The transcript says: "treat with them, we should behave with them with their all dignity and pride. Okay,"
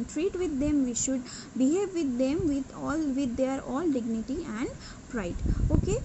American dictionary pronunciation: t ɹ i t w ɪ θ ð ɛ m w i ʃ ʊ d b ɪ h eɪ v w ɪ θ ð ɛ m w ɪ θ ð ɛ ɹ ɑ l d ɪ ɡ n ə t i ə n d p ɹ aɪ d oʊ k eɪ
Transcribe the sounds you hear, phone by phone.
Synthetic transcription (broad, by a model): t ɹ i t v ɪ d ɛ m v i ʃ ʊ d b ɪ h eɪ v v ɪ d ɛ m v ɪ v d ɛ ɹ ɑ l d ɪ ɡ n ə t i ə n d p ɹ aɪ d oʊ k eɪ